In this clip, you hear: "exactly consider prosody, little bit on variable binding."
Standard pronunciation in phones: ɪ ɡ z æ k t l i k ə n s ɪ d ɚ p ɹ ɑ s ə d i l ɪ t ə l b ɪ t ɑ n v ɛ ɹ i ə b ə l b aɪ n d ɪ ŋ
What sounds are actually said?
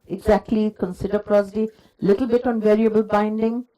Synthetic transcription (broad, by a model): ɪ ɡ z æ k t l i k ə n s ɪ d ɚ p ɹ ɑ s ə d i l ɪ t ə l b ɪ t ɑ n v ɛ ɹ i ə b ə l b aɪ n d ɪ ŋ